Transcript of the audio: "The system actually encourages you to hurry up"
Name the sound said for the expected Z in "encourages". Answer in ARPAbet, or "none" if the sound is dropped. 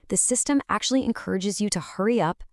Z